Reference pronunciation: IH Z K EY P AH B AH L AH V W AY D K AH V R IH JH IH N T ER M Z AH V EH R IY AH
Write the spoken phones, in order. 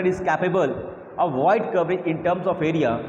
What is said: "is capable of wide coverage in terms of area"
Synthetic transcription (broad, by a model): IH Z K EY P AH B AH L AH V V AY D K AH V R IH IH N T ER M S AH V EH R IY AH